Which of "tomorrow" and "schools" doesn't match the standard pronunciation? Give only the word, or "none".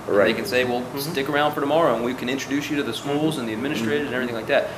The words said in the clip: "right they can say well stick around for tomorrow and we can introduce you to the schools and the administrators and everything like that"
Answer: none